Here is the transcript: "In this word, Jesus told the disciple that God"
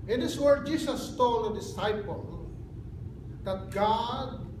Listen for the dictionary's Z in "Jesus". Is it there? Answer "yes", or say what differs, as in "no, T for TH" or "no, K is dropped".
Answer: no, S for Z